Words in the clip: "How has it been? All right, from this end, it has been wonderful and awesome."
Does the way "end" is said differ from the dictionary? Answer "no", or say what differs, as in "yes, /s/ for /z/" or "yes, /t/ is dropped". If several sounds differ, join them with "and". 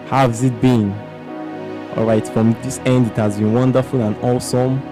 no